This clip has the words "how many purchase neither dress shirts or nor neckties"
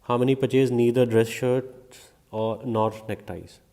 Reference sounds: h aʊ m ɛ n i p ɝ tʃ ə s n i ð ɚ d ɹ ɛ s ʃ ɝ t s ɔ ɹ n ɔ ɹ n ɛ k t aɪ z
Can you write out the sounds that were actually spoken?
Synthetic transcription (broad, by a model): h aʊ m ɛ n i p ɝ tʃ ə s n i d ɚ d ɹ ɛ s ʃ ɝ t ɔ ɹ n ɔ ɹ n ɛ k t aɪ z